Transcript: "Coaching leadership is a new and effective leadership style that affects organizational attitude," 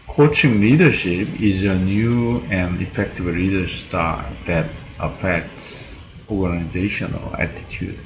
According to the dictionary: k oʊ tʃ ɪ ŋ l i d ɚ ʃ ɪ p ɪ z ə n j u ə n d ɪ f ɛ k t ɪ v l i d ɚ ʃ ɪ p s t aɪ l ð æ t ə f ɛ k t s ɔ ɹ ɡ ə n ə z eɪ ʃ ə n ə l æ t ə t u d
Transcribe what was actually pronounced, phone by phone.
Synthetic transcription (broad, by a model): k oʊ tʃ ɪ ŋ l i d ɚ ʃ ɪ p ɪ z ə n j u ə n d ɪ f ɛ k t ɪ v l i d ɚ s t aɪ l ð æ t ə f ɛ k t s ɔ ɹ ɡ ə n ə z eɪ ʃ ə n ə l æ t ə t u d